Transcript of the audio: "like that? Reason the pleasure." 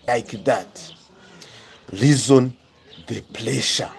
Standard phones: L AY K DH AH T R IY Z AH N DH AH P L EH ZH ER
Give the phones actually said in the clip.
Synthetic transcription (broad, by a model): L AY K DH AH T L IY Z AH N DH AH P L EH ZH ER